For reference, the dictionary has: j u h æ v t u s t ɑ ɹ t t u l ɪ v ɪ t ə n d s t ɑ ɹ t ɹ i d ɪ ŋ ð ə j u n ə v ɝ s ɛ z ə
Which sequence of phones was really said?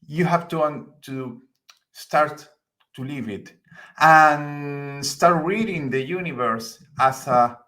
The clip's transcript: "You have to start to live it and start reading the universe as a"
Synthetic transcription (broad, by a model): j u h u w t u s t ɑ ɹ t t u l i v ɪ t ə n s t ɑ ɹ t ɹ i d ɪ ŋ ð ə j u n ə v ɝ s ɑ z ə